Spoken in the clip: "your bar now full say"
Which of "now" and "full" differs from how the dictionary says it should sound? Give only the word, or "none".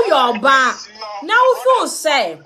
full